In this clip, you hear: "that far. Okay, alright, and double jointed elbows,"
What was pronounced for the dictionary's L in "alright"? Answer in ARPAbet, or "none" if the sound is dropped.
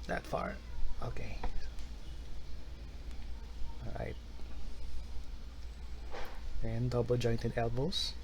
none